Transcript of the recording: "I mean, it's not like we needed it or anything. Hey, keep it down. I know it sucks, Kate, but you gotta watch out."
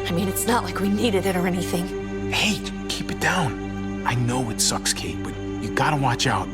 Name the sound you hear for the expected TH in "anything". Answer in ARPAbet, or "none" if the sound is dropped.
TH